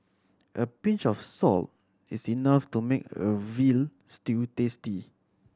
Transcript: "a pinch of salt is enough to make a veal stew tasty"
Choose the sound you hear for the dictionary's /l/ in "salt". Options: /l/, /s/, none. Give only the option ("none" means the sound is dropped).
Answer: /l/